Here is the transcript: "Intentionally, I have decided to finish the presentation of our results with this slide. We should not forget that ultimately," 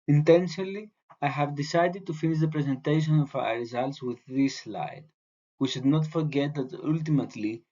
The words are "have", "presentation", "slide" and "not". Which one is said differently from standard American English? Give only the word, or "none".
none